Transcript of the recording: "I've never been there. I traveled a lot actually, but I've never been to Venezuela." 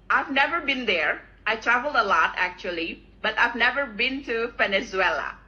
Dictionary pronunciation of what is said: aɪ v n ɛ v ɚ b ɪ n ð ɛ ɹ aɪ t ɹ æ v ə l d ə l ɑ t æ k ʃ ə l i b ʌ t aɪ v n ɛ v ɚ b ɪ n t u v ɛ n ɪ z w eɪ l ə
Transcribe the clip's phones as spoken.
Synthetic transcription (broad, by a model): aɪ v n ɛ v ɚ b ɪ n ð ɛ ɹ aɪ t ɹ æ v ə l d ə l ɑ t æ k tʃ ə l i b ʌ t aɪ v n ɛ v ɚ b ɪ n t u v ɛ n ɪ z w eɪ l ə